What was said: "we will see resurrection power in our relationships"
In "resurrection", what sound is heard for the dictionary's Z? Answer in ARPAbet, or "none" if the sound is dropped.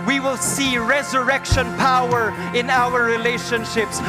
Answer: Z